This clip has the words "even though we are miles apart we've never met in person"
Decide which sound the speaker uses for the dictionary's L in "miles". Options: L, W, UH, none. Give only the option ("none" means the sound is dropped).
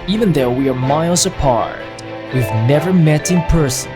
L